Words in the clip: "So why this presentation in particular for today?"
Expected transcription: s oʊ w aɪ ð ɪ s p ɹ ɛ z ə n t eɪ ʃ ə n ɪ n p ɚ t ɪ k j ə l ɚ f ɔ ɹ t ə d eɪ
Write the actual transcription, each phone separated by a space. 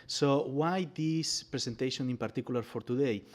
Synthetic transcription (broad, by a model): s oʊ w aɪ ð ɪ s p ɹ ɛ s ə n t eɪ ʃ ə n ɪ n p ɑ t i k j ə l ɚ f ɔ ɹ t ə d eɪ